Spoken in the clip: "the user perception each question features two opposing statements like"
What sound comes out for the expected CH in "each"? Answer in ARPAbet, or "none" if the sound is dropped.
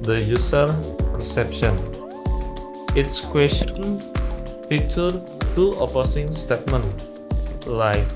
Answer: S